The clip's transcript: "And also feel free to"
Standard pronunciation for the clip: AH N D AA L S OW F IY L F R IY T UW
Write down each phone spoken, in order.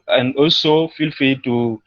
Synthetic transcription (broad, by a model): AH N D AA L S OW F IY L F IY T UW